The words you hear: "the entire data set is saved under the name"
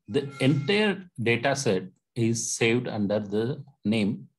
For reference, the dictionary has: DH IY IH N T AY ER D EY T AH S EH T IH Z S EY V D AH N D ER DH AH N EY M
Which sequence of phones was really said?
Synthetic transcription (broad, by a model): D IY IH N T AY ER D EY T AH S EH T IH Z S EY V D AH N D ER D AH N EY M